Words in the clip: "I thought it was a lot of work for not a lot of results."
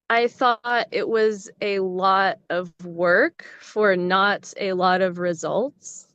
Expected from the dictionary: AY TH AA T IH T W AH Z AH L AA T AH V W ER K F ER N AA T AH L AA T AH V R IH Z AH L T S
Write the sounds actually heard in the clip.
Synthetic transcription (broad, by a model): AY TH AA T IH T W AH Z AH L AA T AH V W ER K F ER N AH T AH L AA T AH V R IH Z AH L T S